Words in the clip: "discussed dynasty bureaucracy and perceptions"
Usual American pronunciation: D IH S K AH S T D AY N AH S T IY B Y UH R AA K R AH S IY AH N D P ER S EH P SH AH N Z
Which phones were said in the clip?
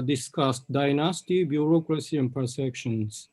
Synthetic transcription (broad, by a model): D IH S K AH S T D AY N AH S T IY B Y UH R AA K R AH S IY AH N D P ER S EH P SH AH N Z